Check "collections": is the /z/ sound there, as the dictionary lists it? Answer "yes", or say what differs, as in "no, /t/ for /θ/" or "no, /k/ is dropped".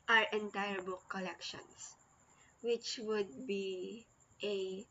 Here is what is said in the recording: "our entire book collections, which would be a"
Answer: no, /s/ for /z/